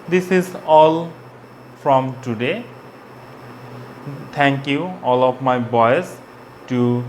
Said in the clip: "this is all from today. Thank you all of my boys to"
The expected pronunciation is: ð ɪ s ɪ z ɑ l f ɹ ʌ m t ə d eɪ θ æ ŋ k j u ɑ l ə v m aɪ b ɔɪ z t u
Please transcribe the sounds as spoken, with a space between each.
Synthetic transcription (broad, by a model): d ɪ s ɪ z ɑ l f ɹ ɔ m t ə d eɪ t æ ŋ k j u ɑ l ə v m aɪ b ɔɪ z t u